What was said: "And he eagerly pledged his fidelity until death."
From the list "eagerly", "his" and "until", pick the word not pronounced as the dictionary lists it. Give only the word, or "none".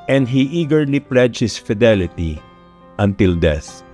his